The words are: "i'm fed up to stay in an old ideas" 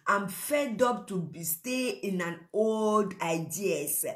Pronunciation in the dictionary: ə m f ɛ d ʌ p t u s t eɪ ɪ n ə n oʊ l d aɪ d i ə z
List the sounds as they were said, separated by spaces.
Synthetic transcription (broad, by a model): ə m f ɛ d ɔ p t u s t eɪ ɪ n ə n oʊ l d aɪ d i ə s